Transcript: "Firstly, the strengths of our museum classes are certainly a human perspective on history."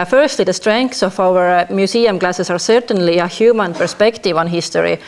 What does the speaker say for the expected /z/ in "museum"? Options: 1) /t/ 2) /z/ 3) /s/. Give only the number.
3